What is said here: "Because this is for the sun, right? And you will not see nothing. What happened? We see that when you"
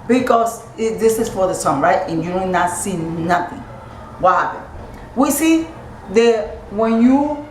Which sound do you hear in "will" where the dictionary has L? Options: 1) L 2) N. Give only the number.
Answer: 2